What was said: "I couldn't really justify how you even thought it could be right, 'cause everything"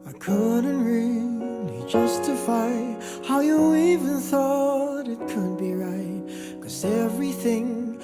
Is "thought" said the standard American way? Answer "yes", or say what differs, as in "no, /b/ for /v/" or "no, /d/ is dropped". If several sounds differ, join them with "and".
yes